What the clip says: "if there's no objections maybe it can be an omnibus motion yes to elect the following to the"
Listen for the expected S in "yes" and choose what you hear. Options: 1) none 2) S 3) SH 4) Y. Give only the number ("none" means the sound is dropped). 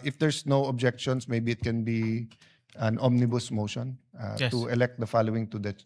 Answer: 1